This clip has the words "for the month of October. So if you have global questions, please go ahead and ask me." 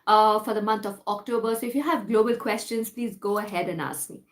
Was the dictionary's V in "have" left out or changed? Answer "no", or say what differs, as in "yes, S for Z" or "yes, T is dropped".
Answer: no